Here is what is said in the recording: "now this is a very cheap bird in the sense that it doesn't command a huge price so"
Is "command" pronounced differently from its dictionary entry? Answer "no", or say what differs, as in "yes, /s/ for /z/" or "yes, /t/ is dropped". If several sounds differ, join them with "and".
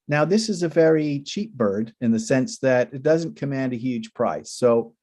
no